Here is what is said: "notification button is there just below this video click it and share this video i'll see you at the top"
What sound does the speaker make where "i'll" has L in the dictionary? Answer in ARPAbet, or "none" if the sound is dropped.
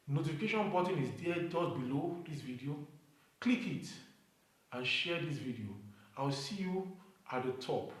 W